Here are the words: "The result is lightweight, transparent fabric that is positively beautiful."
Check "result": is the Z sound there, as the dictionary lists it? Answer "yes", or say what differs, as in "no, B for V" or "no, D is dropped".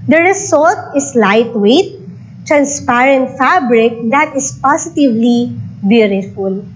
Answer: no, S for Z